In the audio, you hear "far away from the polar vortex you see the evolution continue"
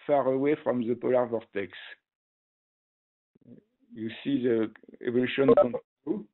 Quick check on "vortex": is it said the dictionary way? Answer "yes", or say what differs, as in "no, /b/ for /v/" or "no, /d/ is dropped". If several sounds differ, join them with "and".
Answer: yes